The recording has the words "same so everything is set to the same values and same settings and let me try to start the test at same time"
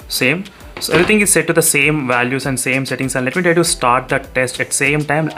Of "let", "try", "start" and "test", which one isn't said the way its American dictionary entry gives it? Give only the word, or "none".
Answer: try